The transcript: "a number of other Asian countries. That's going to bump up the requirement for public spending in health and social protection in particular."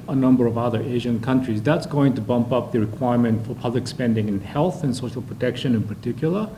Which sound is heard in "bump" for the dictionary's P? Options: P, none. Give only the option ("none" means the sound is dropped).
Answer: P